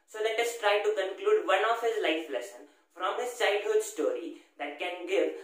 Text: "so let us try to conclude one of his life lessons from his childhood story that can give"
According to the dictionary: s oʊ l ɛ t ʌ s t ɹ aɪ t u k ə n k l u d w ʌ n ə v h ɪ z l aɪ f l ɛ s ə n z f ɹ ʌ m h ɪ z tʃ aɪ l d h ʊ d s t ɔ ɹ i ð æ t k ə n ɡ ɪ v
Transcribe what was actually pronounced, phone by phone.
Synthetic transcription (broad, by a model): s oʊ l ɛ t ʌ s t ɹ aɪ t u k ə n k l u d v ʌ n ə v h ɪ z l aɪ f l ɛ s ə n f ɹ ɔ m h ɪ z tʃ aɪ d h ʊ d s t ɔ ɹ i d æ t k ə n ɡ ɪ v